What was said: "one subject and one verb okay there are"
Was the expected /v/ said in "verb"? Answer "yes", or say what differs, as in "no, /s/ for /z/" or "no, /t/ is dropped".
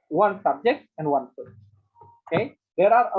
no, /p/ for /v/